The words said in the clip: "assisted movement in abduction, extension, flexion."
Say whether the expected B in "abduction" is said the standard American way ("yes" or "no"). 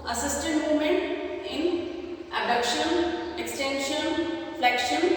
no